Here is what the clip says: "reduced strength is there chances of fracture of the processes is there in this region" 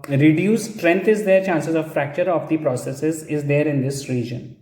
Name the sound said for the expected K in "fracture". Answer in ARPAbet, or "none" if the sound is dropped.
K